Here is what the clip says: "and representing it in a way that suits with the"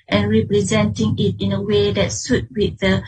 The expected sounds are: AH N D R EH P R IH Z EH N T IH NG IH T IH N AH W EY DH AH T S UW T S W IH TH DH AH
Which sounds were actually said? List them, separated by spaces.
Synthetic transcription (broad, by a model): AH N R EH P R IH Z EH N T IH NG IH T IH N AH W EY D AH T S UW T W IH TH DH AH